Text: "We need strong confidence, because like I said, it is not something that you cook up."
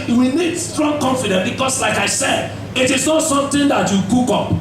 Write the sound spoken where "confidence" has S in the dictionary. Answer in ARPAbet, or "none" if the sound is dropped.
none